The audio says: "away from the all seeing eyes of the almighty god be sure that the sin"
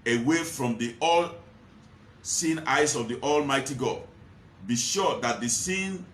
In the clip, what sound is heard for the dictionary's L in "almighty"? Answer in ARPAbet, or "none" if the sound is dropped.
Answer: L